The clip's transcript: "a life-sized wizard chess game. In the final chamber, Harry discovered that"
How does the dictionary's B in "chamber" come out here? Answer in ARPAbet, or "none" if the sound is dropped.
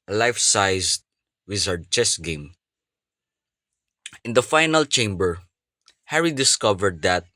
B